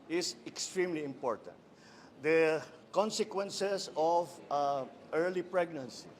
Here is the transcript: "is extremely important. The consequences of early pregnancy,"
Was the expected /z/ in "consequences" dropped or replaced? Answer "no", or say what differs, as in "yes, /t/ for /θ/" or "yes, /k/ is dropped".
yes, /s/ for /z/